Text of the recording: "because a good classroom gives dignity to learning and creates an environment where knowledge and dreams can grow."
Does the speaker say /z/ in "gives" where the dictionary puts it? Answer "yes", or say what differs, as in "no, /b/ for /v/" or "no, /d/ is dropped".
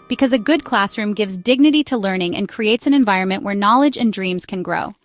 yes